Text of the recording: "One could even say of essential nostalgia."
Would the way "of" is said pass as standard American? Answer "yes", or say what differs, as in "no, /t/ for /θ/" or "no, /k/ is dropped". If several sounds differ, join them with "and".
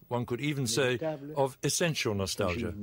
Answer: yes